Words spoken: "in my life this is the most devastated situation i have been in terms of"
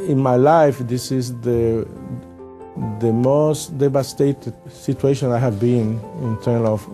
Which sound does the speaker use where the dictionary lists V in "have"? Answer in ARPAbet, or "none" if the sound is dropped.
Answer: V